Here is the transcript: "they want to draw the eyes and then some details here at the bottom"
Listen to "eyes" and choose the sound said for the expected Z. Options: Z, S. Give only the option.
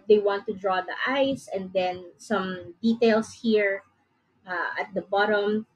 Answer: S